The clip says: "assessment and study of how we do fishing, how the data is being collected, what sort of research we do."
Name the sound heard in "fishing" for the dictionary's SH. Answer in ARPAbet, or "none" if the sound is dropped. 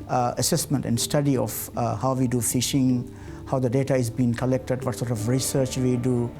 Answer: SH